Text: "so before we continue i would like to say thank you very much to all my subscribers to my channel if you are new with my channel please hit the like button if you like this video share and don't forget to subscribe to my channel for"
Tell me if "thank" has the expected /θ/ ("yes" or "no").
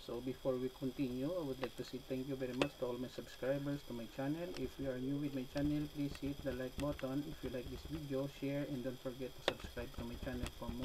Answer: no